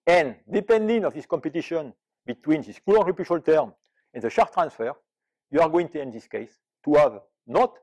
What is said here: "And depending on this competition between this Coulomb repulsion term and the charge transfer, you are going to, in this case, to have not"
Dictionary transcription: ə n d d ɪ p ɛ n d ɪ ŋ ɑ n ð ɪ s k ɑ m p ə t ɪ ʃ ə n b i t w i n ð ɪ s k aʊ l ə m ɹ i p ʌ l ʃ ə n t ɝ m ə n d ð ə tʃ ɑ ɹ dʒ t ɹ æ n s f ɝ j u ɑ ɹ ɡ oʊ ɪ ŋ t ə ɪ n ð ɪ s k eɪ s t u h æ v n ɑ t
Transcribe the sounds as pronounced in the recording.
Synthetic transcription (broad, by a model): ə n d d ɪ p ɛ n d ɪ ŋ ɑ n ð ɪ s k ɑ m p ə t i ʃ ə n b i t w i n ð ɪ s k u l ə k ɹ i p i ʃ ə l t ɝ m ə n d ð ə ʃ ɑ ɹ t ɹ æ n s f ɝ j u ɑ ɹ ɡ oʊ ɪ ŋ t ə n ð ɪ s k eɪ s t u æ v n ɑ t